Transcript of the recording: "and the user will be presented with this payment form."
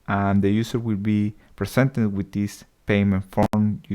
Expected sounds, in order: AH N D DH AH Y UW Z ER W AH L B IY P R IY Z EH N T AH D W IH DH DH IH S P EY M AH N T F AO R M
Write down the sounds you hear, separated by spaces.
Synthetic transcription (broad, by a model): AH N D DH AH Y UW S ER W AH L B IY P R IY S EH N T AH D W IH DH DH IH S P EY M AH N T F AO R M